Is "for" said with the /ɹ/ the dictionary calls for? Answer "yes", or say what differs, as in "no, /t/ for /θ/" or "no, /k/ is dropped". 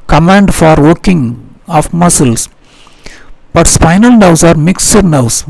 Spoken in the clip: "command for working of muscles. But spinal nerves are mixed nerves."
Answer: yes